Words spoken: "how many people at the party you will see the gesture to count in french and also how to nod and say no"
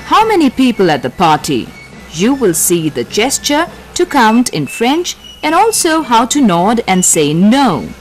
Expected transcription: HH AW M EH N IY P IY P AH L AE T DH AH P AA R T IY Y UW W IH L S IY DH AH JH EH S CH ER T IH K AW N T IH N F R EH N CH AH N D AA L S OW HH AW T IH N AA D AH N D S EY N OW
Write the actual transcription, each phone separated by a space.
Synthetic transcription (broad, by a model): HH AW M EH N IY P IY P AH L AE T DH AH P AA R T IY Y UW W IH L S IY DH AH JH EH S CH ER T IH K AW N T IH N F R EH N CH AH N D AA L S OW HH AW T IH N AA D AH N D S EY N OW